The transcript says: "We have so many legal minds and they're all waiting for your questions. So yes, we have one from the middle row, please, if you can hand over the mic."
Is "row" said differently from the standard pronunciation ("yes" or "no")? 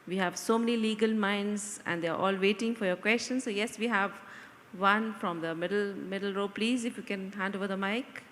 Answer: no